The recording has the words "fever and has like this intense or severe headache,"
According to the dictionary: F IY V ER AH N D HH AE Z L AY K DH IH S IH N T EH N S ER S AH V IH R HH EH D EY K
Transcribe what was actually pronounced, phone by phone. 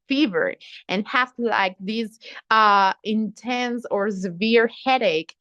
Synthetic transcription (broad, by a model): F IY V ER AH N HH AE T L AY K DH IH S IH N T EH N S ER S AH V IH R HH EH D EY K